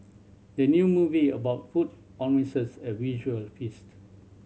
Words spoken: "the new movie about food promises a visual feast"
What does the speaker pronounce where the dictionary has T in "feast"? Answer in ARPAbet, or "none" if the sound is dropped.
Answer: T